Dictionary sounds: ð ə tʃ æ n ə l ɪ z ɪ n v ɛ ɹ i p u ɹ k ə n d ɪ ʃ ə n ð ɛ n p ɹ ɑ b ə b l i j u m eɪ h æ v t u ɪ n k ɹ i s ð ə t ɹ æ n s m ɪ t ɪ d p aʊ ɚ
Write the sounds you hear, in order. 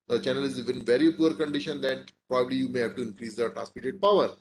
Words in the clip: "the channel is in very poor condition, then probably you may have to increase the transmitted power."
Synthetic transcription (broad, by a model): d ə tʃ æ n ə l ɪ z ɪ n v ɛ ɹ i p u ɹ k ə n d ɪ ʃ ə n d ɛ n p ɹ ɑ b ə b l i j u m eɪ h æ v t u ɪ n k ɹ i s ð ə t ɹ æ s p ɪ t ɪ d p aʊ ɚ